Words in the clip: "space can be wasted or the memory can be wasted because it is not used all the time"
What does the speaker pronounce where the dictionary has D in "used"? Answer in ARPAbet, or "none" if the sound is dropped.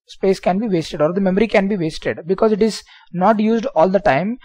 D